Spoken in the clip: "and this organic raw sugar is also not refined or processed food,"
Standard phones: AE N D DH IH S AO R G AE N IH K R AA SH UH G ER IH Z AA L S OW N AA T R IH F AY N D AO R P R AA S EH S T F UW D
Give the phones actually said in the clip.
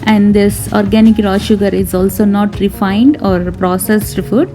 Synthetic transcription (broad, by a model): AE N D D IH S AO R G AE N IH K R AA SH UH G ER IH Z AA L S OW N AA T R IH F AY N D AO R P R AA S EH S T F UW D